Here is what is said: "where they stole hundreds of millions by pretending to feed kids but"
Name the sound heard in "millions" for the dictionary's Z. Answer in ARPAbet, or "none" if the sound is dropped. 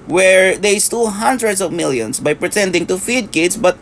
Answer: S